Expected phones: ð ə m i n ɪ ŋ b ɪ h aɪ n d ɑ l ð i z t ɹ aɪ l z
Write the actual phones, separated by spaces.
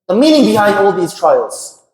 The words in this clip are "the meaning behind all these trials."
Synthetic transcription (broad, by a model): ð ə m i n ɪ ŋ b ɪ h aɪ d ɑ l ð i z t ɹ aɪ l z